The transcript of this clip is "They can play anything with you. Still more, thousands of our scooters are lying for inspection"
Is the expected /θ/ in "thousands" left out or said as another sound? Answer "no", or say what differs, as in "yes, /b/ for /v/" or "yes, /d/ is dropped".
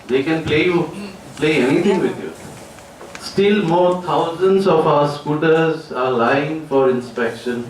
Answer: yes, /t/ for /θ/